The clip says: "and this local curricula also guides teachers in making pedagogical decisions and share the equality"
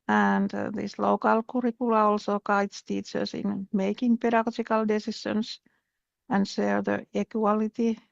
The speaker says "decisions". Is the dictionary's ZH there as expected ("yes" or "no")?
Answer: no